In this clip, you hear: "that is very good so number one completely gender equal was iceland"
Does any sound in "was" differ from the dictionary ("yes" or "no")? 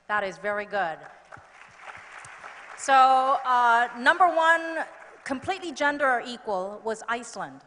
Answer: no